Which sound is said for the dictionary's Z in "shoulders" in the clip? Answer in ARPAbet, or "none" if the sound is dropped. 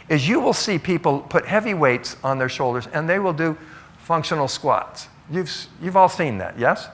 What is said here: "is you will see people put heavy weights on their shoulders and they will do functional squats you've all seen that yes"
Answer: Z